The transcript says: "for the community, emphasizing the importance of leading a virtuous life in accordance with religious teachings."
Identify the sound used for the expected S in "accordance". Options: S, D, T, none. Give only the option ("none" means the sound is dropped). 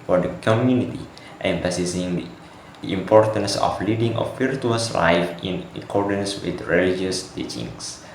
S